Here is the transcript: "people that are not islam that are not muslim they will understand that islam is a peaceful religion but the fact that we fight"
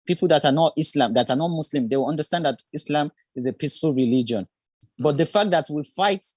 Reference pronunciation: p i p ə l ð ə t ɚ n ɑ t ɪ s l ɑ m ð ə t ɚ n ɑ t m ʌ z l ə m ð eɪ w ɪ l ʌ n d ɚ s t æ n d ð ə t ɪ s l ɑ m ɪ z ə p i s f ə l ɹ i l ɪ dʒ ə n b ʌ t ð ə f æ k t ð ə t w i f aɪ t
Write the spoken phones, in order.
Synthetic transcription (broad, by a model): p i p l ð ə t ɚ n ɑ t ɪ s l ɑ m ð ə t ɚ n ɑ t m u s l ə m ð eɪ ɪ w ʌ n d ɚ s t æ n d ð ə t ɪ s l ɑ m ɪ z ə p i s f ə l ɹ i l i dʒ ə n b ʌ t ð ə f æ k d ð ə t w i f aɪ t